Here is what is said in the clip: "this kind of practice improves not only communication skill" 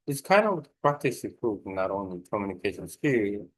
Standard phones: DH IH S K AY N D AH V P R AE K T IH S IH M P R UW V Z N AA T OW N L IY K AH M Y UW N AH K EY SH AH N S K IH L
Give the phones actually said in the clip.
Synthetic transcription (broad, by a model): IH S K AY N D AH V P R AE K T IH S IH P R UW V N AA T OW N L IY K AH M Y UW N AH K EY SH AH N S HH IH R